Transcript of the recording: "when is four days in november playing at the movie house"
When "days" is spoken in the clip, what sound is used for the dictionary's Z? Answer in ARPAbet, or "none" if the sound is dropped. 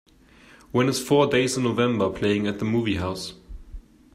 none